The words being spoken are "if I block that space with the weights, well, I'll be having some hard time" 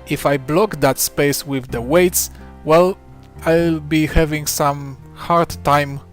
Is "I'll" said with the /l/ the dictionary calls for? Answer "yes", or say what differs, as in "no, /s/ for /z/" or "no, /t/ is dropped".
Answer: yes